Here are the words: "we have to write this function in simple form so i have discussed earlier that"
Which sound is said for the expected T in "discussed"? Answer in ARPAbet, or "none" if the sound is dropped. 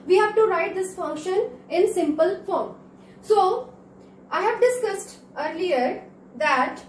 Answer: T